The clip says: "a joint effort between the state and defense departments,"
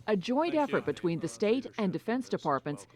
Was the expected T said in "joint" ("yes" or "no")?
yes